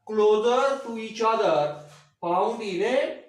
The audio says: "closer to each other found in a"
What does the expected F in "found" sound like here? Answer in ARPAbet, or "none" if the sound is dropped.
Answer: P